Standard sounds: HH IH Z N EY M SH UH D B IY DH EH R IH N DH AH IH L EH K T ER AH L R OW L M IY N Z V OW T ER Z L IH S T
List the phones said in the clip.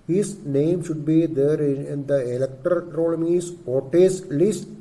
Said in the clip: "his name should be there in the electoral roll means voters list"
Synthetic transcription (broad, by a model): HH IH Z N EY M SH UH D B IY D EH R IH N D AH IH L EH K T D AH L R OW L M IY Z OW T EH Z L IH S T